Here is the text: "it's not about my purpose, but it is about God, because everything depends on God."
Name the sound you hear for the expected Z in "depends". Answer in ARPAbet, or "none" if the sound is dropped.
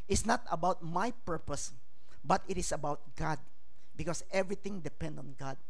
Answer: none